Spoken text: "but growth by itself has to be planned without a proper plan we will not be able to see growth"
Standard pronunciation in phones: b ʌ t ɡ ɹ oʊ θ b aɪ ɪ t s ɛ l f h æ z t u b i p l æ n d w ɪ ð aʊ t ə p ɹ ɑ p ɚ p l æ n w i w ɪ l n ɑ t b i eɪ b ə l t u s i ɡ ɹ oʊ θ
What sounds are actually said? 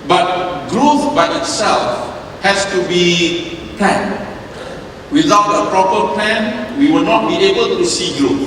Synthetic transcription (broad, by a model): b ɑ t ɡ ɹ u f b aɪ ɪ t s ɛ l f h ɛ s t u b i p l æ n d w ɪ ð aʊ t ə p ɹ ɑ p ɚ p l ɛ n w i w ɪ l n ɑ t b i eɪ b ə l t u s i ɡ ɹ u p